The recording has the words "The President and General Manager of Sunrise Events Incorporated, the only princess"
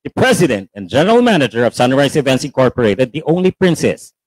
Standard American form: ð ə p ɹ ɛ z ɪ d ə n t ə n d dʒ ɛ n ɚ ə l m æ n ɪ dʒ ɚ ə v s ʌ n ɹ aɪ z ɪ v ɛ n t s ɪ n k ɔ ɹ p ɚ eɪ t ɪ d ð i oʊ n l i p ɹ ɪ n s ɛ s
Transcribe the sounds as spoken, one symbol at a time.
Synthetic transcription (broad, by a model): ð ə p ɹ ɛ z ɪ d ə n t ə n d dʒ ɛ n ɚ ə l m æ n ɪ dʒ ɚ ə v s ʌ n ɹ aɪ s ɪ v ɛ n t s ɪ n k ɔ ɹ p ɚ eɪ t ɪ d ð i oʊ n l i p ɹ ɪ n s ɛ s